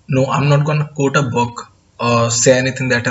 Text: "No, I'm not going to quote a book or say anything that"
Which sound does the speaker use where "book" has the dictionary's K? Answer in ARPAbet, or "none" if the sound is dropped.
K